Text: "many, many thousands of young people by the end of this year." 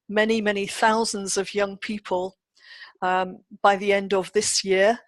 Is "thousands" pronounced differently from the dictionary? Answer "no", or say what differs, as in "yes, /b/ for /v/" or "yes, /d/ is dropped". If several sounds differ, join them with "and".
no